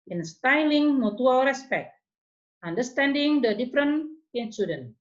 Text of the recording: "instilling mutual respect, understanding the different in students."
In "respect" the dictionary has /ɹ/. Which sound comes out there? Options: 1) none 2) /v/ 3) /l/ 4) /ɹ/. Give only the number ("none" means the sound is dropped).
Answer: 4